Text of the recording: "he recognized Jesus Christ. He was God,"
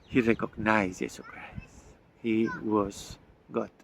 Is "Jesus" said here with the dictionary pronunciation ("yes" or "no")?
no